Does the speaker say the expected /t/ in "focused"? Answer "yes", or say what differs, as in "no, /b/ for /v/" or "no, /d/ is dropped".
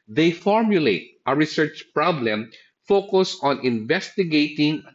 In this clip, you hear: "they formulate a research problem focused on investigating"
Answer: no, /t/ is dropped